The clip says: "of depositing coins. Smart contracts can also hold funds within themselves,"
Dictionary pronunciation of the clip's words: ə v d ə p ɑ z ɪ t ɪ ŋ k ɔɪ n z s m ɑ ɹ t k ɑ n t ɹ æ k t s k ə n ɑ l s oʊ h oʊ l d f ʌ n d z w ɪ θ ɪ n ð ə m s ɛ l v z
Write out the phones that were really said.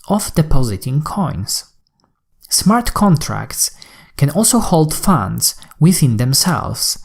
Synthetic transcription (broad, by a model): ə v d ə p ɑ z ɪ t ɪ ŋ k ɔɪ n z s m ɑ ɹ t k ɑ n t ɹ æ k t s k ə n ɑ l s oʊ h oʊ l d f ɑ n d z w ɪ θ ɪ n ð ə m s ɛ l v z